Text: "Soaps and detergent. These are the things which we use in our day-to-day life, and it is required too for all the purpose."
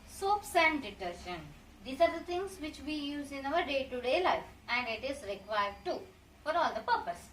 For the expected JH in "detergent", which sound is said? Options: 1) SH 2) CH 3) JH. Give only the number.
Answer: 1